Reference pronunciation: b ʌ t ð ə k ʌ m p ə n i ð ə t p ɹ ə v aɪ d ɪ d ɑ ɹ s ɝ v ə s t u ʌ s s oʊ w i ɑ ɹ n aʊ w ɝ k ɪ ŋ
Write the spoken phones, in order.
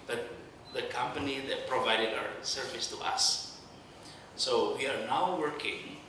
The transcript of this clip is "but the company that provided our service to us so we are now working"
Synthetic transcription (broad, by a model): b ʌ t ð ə k ʌ m p ə n i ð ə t p ɹ ə v aɪ d ɪ d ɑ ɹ s ɝ v ə s t u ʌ s s oʊ w i ɑ ɹ n aʊ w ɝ k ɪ ŋ